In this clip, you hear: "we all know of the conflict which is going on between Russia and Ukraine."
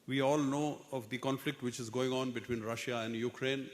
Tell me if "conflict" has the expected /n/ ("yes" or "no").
yes